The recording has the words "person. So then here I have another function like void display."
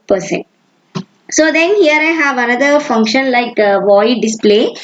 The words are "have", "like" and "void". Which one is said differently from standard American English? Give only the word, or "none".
none